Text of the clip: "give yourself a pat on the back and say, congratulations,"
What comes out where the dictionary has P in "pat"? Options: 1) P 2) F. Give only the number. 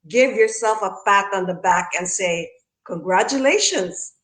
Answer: 2